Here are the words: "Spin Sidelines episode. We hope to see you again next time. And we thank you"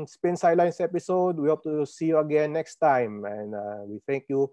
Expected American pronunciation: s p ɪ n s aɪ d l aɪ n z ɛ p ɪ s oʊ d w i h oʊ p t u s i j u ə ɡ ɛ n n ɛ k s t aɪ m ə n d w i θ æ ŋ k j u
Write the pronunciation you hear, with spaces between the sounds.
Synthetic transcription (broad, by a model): s p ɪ n s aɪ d l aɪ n s ɛ p ɪ s oʊ d w i h oʊ p t u s i j u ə ɡ ɛ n n ɛ k s t aɪ m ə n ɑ w i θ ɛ ŋ k j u